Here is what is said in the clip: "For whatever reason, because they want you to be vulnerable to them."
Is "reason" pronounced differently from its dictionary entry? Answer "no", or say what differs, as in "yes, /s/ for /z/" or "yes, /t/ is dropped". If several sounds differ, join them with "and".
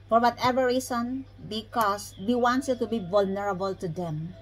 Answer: yes, /s/ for /z/